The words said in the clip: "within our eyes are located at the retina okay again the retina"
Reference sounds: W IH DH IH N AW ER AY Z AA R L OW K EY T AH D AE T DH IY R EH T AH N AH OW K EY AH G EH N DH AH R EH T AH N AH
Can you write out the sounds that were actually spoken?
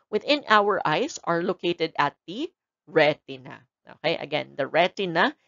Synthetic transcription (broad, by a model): W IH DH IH N AW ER AY S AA R L OW K EY T AH D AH T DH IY R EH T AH N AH OW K EY AH G EH N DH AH R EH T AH N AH